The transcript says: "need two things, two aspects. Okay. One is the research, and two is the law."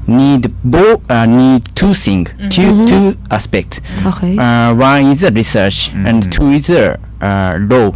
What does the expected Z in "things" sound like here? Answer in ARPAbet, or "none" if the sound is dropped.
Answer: none